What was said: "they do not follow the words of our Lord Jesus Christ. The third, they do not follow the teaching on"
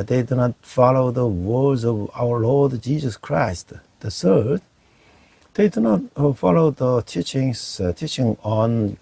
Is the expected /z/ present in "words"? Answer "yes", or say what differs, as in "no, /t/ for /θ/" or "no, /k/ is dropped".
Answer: yes